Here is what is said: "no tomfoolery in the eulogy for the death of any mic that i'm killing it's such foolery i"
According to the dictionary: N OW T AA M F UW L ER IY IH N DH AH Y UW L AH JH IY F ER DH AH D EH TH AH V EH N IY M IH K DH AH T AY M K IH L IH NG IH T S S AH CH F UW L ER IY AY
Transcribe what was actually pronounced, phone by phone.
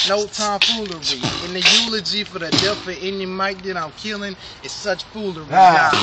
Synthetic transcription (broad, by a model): N OW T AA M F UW L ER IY IH N DH AH Y UW L AH JH IY F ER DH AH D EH F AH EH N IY M IH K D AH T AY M K IH L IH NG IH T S S AH CH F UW L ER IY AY